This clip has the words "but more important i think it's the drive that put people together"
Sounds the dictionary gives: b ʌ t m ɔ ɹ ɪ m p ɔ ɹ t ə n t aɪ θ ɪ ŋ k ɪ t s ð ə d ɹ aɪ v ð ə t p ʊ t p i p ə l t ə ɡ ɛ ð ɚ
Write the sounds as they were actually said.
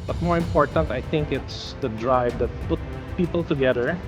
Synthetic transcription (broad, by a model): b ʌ t m ɔ ɹ ɪ m p ɔ ɹ t ə n t aɪ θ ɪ ŋ k ɪ t s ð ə d ɹ aɪ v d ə t p ʊ t p i p ə l t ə ɡ ɛ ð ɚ